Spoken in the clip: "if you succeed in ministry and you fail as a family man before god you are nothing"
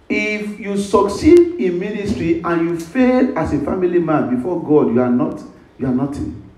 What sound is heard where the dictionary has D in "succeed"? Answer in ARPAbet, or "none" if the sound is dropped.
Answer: D